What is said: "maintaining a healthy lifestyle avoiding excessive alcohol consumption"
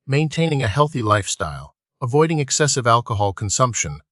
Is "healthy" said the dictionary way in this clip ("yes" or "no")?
yes